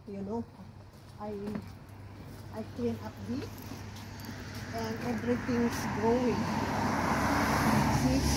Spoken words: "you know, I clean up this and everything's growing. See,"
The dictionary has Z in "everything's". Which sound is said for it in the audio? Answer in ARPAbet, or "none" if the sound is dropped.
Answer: S